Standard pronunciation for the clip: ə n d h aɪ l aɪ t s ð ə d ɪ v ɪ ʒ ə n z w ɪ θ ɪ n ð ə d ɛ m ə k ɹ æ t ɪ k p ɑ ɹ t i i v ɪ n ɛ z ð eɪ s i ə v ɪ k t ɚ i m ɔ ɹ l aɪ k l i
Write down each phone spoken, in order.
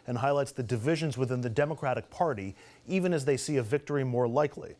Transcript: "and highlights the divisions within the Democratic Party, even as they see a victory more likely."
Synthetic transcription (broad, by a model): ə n h aɪ l aɪ t s ð ə d ɪ v ɪ ʒ ə n z w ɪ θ ɪ n ð ə d ɛ m ə k ɹ æ t ɪ k p ɑ ɹ t i i v ɪ n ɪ z ð eɪ s i ə v ɪ k t ɚ i m ɔ ɹ l aɪ k l i